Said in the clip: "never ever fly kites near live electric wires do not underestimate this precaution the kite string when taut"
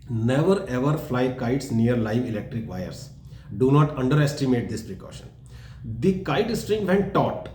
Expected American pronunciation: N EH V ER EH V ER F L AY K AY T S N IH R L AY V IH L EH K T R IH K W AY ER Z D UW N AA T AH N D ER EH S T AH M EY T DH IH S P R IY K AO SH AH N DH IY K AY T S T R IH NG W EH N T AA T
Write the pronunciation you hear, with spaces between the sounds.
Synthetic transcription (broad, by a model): N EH V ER EH V ER F L AY K AY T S N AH R L AY V IH L EH K T R IH K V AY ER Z D UW N AA T AH N D ER EH S T AH M EY T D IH S P R IY K AO SH AH N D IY K AY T S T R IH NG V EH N T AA T